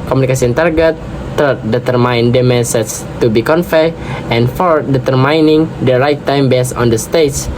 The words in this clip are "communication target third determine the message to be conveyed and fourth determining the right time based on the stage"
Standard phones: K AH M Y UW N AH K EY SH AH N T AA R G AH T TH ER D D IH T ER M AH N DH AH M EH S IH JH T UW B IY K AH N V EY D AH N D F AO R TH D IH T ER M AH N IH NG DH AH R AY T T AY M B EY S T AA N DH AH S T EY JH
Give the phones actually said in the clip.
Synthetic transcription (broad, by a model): K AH M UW N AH K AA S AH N T AA R G AH T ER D D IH T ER M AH N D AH M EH S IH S T UW B IY K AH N F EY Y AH N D F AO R D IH T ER M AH N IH NG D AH R AY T T AY M B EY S AA N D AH S T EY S